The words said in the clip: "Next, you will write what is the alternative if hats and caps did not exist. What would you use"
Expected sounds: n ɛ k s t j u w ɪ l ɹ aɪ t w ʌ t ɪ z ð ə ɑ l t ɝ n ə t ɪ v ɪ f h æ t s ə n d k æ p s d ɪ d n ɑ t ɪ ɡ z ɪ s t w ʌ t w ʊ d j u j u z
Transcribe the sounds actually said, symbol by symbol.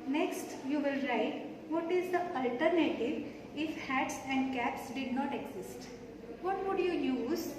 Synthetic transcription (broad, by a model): n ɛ k s t j u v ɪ l ɹ aɪ t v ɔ t ɪ z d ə ɑ l t ɝ n ə t ɪ v ɪ f h æ t s ə n d k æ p s d ɪ d n ɑ t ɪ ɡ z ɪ s t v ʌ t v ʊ d j u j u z